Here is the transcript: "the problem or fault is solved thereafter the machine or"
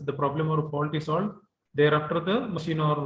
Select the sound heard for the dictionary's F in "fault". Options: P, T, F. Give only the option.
P